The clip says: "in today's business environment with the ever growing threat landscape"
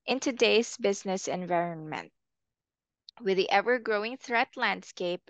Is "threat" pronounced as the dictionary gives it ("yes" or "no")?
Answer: yes